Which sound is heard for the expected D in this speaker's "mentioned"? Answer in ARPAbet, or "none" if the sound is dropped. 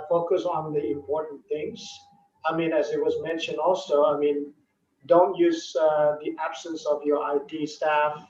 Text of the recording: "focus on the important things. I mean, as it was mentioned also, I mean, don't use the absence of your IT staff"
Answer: D